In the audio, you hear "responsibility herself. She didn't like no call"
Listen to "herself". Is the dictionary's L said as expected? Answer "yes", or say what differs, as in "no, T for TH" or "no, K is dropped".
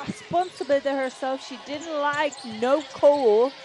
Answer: yes